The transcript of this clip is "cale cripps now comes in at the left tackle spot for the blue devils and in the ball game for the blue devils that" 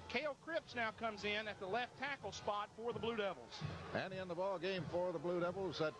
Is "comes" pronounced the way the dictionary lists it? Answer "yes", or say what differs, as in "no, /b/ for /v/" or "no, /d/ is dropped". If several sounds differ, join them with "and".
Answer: yes